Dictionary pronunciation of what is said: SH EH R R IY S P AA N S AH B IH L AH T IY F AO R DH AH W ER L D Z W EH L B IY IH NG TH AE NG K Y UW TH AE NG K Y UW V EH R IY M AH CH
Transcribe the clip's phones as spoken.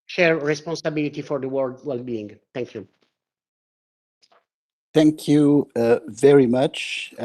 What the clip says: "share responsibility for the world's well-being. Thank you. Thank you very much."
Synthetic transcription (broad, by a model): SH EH R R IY S P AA N S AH B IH L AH T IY F AO R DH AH W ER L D W EH L B IY IH NG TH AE NG K Y UW TH AE NG K Y UW V EH R IY M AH CH